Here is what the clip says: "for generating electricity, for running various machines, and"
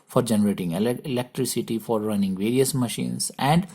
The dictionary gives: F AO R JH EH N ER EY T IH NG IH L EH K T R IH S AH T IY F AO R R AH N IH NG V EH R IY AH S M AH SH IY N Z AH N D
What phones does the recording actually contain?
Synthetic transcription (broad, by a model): F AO R JH EH N ER EY T IH NG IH L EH K T R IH S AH T IY F AO R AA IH N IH NG V EH R IY AH S M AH SH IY N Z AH N D